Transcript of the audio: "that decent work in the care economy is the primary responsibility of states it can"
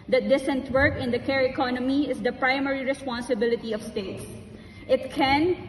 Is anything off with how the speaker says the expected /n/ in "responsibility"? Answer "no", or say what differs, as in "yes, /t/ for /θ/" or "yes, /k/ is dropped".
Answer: no